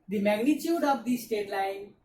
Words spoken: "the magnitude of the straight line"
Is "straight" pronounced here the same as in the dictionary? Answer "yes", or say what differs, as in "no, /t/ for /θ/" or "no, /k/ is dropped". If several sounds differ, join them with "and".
no, /ɹ/ is dropped